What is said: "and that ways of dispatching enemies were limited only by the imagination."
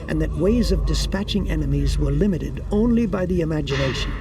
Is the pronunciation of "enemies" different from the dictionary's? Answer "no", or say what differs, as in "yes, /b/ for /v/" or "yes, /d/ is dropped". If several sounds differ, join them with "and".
no